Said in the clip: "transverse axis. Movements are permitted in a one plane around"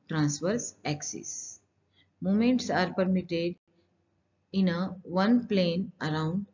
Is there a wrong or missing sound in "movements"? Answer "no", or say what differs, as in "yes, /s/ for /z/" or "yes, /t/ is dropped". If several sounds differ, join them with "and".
yes, /v/ is dropped